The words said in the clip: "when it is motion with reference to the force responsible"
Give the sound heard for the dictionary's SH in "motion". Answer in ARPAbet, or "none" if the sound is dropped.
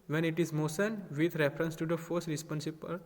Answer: S